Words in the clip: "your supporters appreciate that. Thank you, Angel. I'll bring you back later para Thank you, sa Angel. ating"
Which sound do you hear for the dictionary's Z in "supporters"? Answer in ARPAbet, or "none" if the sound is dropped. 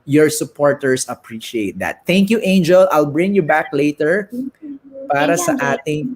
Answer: S